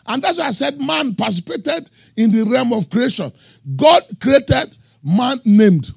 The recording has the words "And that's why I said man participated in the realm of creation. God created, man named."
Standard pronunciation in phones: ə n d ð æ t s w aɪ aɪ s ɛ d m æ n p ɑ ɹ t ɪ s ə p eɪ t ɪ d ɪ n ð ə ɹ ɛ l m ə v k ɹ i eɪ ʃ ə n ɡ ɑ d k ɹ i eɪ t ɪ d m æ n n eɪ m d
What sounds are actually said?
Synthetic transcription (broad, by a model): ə n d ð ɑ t s w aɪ aɪ s ɛ d m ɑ n p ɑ s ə p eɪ t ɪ d ɪ n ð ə ɹ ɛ m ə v k ɹ i eɪ ʃ ə n ɡ ɑ d k ɹ i eɪ t ɪ d m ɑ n n eɪ m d